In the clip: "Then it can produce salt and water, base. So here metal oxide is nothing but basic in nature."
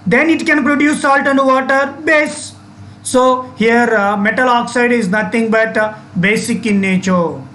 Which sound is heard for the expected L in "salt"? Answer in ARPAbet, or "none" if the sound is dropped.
L